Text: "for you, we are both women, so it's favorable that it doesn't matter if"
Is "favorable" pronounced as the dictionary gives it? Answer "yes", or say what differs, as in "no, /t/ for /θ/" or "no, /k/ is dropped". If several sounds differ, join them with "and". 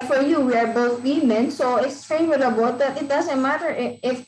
no, /w/ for /v/